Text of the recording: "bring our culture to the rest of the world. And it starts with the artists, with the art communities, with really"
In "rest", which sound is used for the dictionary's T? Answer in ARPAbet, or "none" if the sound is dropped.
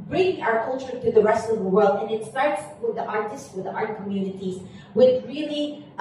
T